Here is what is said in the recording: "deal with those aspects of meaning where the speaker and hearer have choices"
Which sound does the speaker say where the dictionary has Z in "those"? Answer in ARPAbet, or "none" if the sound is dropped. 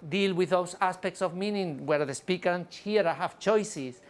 S